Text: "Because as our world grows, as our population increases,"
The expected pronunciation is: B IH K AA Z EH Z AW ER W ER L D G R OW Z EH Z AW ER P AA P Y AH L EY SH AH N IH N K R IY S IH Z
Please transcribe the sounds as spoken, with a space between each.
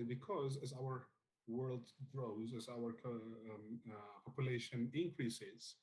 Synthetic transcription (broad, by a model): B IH K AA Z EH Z AW ER W ER L D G R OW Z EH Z AW ER P AA P Y AH L EY SH AH N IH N K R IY S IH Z